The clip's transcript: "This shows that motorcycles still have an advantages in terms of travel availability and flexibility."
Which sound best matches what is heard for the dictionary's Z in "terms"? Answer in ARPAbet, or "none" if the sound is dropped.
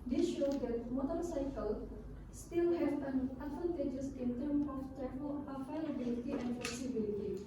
none